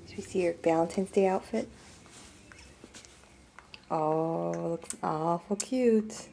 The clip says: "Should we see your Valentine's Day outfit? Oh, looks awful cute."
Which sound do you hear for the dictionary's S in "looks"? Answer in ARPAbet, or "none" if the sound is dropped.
none